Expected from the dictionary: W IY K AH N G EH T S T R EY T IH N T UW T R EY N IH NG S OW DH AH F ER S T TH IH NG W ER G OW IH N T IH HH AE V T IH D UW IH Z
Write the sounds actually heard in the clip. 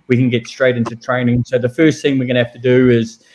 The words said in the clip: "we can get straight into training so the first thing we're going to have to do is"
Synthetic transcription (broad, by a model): W IY K AH N G EH T S T R EY T IH N T UW T R EY N IH NG S OW DH AH F ER S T TH IH NG W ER G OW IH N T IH HH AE F T IH D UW IH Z